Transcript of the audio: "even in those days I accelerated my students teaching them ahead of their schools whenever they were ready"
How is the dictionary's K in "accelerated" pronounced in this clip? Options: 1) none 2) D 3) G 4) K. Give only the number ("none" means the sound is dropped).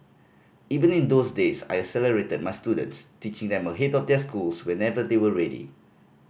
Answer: 1